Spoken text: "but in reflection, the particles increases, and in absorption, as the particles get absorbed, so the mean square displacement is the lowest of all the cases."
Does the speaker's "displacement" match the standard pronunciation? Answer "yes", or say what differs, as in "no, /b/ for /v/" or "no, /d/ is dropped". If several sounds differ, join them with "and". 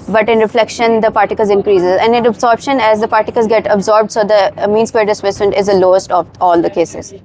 no, /m/ is dropped